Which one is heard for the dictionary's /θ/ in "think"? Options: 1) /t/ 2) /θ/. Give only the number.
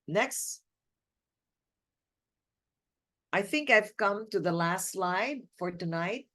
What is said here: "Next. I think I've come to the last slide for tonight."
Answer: 2